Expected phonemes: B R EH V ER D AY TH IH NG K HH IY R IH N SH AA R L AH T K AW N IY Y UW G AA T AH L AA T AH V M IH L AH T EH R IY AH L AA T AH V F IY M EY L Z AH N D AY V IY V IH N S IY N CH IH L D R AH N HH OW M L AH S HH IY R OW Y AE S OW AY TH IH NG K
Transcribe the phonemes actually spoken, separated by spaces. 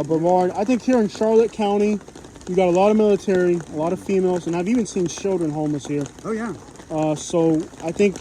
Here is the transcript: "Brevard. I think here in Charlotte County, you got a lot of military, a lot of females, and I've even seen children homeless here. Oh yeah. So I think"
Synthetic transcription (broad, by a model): B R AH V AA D AY TH IH NG K HH IY R IH N SH AA R L AH T K AW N IY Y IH G AA T AH L AA T AH V M IH L AH T EH R IY AH L AA T AH V F IY M EY L Z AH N AY V IY V IH N S IY N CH IH L D R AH N HH OW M AH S HH IY R OW Y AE S OW AY TH IH NG K